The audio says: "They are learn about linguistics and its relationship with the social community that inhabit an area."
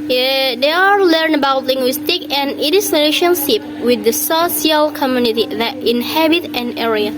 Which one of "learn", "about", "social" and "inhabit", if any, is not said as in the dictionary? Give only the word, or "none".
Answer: social